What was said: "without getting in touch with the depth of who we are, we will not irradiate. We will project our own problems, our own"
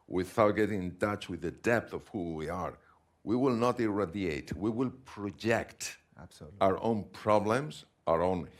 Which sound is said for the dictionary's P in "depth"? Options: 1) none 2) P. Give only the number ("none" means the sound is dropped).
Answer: 2